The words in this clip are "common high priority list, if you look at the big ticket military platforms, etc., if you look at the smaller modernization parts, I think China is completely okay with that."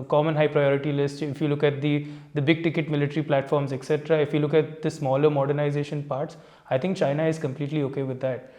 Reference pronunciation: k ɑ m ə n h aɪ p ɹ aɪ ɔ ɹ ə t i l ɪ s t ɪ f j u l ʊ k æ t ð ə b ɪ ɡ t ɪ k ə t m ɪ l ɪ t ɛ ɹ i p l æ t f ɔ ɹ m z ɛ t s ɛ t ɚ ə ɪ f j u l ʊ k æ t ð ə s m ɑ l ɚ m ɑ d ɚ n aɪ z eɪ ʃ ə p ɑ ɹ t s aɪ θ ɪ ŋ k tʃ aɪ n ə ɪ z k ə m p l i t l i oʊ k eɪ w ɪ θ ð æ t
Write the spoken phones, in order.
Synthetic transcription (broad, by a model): k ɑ m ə n h aɪ p ɹ aɪ ɔ ɹ ə t i l ɪ s t ɪ f j u l ʊ k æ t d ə b ɪ ɡ t ɪ k ə t m ɪ l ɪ t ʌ ɹ i p l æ t f ɔ ɹ m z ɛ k s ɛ t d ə ɪ f j u l ʊ k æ t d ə s m ɑ l ɚ m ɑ d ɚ n aɪ z eɪ ʃ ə p ɑ ɹ t s aɪ t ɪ ŋ k tʃ aɪ n ə ɪ z k ə m p l i t l i oʊ k eɪ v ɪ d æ t